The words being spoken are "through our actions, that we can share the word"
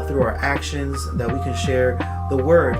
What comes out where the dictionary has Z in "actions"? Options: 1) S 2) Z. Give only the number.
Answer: 2